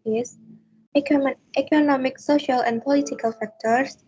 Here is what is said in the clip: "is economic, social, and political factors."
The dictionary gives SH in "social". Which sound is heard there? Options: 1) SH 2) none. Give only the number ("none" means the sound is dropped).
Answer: 1